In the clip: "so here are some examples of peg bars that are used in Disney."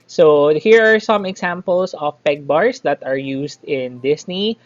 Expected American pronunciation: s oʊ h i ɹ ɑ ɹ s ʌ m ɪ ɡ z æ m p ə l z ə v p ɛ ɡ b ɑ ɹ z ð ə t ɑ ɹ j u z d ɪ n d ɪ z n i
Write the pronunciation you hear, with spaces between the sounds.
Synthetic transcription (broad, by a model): s oʊ h i ɹ ɑ ɹ s ʌ m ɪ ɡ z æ m p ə l s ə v p ɛ ɡ b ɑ ɹ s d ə t ɑ ɹ j u s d ɪ n d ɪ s n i